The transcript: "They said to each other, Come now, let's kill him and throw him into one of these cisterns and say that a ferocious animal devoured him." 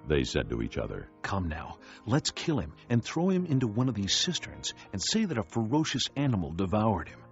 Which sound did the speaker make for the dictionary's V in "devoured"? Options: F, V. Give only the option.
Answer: V